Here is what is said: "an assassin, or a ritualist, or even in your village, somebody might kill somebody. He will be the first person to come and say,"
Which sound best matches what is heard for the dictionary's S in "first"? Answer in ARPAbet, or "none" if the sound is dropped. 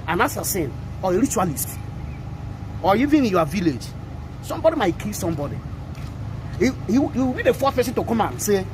none